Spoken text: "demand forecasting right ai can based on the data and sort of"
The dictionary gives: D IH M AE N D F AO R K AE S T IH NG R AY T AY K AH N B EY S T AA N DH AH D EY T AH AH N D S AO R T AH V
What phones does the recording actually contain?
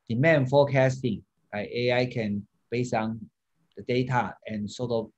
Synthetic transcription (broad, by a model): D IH M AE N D F AO K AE S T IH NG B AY AY K AH N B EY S AA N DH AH D EY T AH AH N S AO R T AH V